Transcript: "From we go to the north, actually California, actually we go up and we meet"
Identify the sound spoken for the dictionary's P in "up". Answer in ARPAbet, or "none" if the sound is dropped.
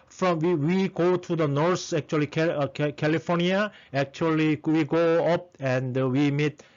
P